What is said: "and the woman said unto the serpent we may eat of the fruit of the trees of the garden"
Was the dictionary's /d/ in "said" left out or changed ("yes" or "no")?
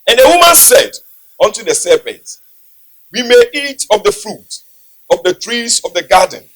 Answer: no